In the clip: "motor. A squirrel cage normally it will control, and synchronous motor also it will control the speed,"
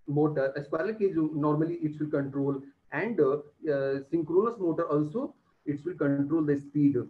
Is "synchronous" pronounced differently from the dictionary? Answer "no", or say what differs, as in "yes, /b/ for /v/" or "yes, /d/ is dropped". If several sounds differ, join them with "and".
no